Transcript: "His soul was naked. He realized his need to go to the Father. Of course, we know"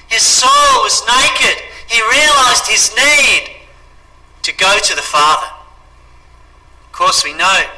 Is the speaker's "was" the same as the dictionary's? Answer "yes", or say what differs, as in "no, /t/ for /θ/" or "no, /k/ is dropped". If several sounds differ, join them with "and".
yes